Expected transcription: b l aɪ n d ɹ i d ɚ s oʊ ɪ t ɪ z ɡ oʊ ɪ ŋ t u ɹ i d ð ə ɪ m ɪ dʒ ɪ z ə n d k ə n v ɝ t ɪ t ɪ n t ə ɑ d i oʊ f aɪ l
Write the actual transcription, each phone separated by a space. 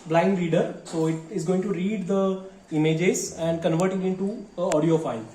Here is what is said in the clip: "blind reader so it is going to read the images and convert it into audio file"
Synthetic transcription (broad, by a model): b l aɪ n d ɹ i d ɚ s oʊ ɪ t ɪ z ɡ oʊ ɪ ŋ t u ɹ i d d ə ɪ m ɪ dʒ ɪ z ə n d k ə n v ɝ t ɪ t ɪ n t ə ɑ d i oʊ f aɪ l